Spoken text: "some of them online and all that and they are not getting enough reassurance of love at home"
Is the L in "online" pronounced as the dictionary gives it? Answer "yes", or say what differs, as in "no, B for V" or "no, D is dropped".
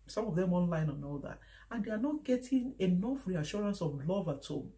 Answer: yes